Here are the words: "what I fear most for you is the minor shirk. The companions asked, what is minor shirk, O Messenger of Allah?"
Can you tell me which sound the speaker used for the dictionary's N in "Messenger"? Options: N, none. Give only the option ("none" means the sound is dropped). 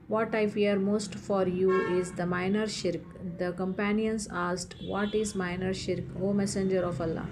N